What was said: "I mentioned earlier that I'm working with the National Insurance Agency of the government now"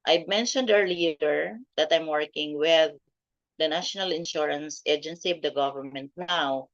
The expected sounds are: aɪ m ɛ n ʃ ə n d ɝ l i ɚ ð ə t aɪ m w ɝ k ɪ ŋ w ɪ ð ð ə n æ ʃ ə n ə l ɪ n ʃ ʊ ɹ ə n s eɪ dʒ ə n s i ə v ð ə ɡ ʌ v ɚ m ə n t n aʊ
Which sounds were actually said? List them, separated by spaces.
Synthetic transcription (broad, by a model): aɪ m ɛ n ʃ ə n d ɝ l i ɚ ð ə t aɪ m w ɝ k ɪ ŋ w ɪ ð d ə n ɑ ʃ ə n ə l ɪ n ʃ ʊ ɹ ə n s eɪ dʒ ə n s i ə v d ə ɡ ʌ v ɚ m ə n t n aʊ